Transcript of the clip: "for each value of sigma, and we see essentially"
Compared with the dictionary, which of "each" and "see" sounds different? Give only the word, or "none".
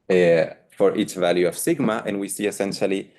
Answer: each